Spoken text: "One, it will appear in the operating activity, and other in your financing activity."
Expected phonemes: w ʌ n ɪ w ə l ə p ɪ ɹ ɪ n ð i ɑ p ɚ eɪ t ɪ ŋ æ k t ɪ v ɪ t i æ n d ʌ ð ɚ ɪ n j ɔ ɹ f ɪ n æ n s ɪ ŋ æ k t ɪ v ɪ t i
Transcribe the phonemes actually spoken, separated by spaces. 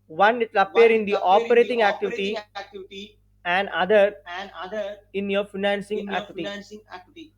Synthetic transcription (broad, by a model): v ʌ n ɪ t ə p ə ʌ ɹ ɪ n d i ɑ p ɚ eɪ t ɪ ŋ æ k t ɪ v ɪ t i æ n d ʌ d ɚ ɪ n j ɔ ɹ f ɪ n æ n s ɪ ŋ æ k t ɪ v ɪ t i